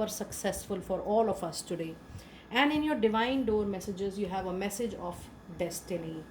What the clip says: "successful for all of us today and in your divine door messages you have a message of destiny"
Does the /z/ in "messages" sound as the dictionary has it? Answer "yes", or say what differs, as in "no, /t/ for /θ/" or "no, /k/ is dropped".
yes